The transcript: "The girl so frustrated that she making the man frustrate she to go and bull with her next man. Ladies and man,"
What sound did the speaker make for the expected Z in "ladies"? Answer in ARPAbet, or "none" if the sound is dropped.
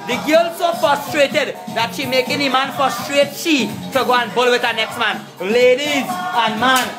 Z